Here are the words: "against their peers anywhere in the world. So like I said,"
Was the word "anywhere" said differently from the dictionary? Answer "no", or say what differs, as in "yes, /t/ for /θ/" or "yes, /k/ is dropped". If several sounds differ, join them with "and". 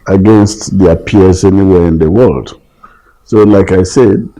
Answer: no